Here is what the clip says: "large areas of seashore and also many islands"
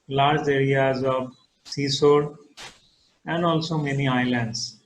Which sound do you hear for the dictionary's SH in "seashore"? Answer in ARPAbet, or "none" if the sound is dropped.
S